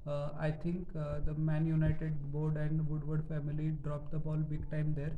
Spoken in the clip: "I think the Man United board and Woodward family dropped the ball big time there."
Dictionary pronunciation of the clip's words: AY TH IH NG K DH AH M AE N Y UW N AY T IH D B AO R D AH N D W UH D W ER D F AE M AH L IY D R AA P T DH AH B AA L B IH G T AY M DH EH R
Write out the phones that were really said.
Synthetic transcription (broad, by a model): AY T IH NG K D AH M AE N Y UW N AY T IH D B AO R D AH N D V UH D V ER D F AE M AH L IY D R AA P T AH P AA L B IH G T AY M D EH R